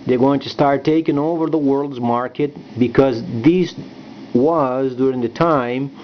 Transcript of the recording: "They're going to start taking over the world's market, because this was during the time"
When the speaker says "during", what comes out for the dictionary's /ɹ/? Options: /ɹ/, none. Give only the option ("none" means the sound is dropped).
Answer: /ɹ/